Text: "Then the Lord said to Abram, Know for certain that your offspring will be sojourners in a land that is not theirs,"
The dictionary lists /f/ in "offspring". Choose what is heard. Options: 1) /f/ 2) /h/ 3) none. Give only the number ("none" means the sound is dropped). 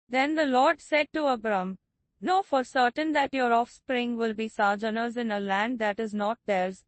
1